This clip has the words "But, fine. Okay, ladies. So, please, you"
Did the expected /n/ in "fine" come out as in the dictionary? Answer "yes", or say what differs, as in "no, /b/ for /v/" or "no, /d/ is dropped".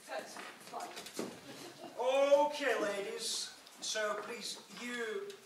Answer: no, /n/ is dropped